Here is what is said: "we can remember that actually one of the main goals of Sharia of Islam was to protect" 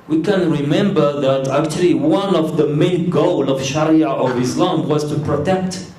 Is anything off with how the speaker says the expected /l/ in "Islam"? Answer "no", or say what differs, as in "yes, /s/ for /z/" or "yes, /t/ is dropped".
no